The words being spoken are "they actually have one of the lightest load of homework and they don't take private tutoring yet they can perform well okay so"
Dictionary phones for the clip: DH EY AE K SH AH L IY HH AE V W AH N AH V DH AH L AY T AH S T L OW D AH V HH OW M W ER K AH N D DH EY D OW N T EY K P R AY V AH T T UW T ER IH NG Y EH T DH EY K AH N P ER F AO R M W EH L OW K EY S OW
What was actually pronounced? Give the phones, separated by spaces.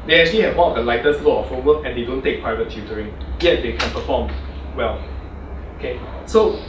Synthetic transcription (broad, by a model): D EY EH K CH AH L IY HH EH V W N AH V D AH L AY T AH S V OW AH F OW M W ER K AH N D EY D OW N T EY K P R AY V AH T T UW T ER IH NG Y EH T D EY K AH N P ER F AO M W EH L OW K EY S OW